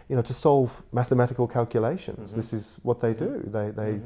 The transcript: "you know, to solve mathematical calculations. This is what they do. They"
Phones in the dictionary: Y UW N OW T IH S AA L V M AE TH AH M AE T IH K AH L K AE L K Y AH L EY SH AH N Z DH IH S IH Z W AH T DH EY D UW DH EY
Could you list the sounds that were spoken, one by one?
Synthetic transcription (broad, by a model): Y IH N OW T IH S AA L V M AE TH AH M AE T IH K AH L K AE L K Y AH L EY SH AH N Z DH IH S IH Z W AH T DH EY D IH DH EY